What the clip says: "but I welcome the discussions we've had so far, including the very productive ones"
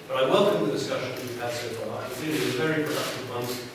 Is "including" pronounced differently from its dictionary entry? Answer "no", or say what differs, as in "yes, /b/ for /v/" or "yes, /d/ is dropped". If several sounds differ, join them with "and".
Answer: yes, /n/ is dropped and /l/ is dropped